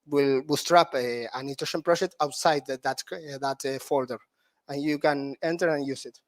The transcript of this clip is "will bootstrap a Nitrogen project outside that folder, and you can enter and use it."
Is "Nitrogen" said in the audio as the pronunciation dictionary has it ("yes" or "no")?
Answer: no